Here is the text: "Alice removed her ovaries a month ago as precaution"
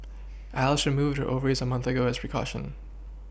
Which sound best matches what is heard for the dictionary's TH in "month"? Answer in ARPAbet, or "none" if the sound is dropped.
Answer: TH